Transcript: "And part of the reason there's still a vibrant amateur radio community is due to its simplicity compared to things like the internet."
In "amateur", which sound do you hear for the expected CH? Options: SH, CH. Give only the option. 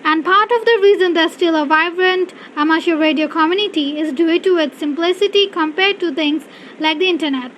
SH